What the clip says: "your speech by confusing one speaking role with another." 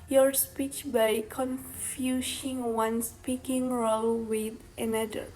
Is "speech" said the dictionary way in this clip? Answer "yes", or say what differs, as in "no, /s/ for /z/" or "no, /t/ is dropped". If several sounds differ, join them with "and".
yes